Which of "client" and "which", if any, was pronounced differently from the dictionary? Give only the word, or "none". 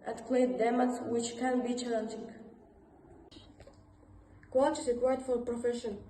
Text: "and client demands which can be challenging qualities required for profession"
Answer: client